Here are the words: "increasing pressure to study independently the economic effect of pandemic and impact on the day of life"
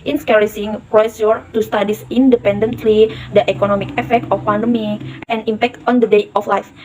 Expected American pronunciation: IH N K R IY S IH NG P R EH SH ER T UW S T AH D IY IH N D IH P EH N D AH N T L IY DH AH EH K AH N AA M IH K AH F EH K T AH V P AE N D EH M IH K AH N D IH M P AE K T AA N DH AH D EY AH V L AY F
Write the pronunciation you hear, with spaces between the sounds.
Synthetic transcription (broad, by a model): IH N K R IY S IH NG P R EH S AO T UW S T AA D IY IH N D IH P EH N D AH N T L IY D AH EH K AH N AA M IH K AH F EH K T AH F P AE N D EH M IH K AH N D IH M P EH K T AA N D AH D EY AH F L AY F